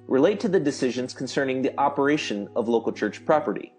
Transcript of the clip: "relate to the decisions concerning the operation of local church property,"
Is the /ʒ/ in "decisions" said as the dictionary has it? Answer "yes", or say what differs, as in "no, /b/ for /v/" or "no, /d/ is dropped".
yes